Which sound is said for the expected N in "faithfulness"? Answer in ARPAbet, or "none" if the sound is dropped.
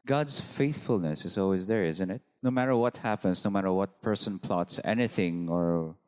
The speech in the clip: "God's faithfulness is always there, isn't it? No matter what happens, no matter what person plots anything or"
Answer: N